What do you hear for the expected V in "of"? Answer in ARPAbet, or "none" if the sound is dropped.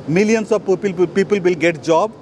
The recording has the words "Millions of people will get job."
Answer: P